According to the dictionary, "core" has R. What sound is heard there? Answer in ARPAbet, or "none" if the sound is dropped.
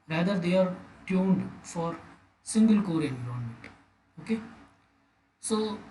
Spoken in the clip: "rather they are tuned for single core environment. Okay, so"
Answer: R